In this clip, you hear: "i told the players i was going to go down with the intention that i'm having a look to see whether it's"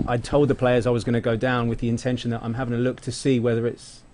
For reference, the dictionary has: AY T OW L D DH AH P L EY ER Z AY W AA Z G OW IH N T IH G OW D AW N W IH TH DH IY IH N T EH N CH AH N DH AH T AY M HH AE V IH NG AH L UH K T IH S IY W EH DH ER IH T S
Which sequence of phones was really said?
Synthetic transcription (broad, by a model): AY T OW L D DH AH P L EY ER Z AY W AA Z G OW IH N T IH G OW D AW N W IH DH IY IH N T EH N SH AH N DH AH T AY M HH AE V IH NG AH L UH K T IH S IY W EH DH ER IH T S